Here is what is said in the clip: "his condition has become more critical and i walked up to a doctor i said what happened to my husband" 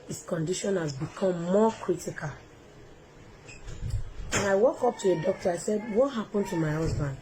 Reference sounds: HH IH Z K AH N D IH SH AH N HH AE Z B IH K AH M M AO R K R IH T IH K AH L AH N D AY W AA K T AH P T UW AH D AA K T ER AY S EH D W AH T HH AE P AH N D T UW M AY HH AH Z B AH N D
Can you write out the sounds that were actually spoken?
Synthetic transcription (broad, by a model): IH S K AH N D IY SH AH N HH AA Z B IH K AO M M AO K R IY T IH K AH L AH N AY W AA K AO P T UW AH D AA K T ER AY S EH D W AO T HH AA P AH N T UW M AY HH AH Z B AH N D